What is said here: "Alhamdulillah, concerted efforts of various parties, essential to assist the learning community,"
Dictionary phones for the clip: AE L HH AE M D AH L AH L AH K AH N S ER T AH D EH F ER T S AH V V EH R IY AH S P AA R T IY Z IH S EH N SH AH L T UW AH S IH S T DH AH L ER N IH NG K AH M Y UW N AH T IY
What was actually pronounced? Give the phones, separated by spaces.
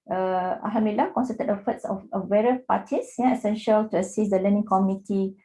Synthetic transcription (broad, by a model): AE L HH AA M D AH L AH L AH K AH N S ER T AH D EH F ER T S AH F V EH R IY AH P AA T IY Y IH S EH N SH AH L T UW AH S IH S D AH L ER N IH NG K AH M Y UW N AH T IY